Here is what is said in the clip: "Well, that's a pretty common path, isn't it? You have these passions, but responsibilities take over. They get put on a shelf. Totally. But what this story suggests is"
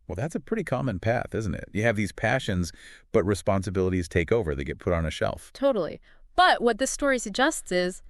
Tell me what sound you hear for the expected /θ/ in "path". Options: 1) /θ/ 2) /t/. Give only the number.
1